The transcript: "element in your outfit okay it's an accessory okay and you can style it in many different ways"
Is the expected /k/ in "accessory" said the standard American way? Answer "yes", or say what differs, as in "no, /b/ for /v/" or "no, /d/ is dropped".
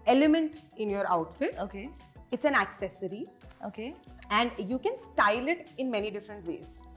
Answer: yes